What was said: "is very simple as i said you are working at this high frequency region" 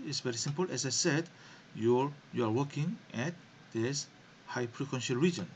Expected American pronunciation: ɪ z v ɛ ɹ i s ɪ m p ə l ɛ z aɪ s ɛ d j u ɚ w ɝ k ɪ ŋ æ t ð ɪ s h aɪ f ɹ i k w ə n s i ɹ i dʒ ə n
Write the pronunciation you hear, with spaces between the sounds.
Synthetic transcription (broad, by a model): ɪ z v ɛ ɹ i s ɪ m p ə l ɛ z aɪ s ɛ d j u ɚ w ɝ k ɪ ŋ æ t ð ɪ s h aɪ p ɹ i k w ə n ʃ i ɹ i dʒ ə n